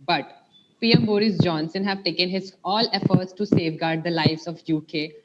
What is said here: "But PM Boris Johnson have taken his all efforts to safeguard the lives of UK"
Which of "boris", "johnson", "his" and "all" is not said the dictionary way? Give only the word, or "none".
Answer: none